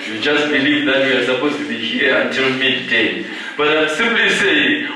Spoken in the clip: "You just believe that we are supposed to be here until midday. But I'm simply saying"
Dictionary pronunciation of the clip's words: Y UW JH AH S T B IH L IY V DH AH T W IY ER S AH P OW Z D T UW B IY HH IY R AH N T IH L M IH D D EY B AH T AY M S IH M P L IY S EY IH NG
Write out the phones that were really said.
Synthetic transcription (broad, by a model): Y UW JH AH S T B IH L IY V DH AH T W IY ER S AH P OW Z T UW B IY HH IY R AH N T IH L M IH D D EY B AH T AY S IH M P L IY S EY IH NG